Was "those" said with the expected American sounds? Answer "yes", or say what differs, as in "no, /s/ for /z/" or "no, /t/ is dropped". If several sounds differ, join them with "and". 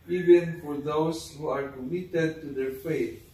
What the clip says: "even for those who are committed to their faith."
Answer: no, /s/ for /z/